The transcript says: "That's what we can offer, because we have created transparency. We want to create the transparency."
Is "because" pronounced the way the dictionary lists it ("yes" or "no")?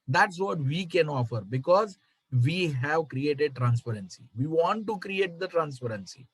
yes